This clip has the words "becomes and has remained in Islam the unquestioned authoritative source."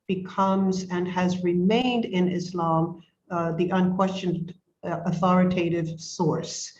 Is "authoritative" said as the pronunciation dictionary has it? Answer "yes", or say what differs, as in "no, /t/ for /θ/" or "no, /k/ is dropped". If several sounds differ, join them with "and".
yes